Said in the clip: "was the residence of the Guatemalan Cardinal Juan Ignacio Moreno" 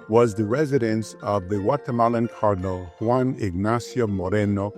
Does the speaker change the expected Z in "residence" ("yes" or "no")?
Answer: no